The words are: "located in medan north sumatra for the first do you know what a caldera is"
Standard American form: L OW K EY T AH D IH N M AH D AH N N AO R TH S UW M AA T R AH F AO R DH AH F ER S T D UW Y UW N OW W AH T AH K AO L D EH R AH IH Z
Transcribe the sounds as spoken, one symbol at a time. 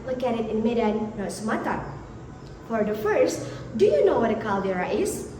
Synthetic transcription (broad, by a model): L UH K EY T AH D IH N M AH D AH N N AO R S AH M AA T AH F AO R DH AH F ER S T D UW Y UW N OW W AH T AH K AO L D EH R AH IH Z